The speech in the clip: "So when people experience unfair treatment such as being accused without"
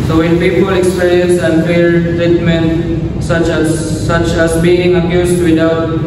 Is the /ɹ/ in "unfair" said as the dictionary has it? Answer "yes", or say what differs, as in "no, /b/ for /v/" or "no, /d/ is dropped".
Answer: no, /l/ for /ɹ/